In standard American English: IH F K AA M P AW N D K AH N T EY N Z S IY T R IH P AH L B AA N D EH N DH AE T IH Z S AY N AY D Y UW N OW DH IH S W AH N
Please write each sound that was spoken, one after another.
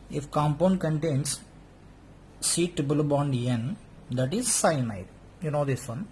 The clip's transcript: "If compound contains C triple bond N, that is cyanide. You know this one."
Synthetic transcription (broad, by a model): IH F K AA M P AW N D K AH N T EY N S IY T IH B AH L B AA N D EH N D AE T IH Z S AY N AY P Y UW N OW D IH S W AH N